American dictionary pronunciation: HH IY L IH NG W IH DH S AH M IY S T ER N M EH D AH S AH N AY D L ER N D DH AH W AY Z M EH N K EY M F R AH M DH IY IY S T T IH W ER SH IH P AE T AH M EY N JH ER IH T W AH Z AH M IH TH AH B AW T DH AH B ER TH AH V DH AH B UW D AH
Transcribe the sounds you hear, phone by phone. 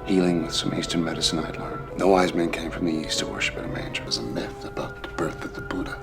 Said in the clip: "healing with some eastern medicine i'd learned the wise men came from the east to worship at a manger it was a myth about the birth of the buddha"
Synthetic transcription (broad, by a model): HH IY L IH NG W IH DH S AH M IY S T ER N M EH D AH S AH N AY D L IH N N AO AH W AY Z M EH N K EY M F R AH M DH IY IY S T T IH W ER SH IH P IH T AH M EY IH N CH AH Z AH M IH F AH B AW T DH AH B ER TH AH V DH AH B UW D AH